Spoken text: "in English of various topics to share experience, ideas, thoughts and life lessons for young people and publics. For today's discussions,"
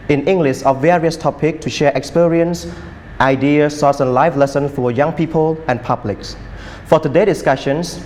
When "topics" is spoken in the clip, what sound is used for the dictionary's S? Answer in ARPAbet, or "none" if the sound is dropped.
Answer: none